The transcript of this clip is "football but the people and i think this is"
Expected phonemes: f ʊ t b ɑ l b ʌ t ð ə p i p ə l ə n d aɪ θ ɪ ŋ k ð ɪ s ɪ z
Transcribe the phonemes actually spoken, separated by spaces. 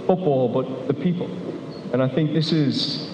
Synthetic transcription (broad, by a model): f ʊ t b ɑ l b ʌ t ð ə p i p ə l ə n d aɪ θ ɪ ŋ k ð ɪ s ɪ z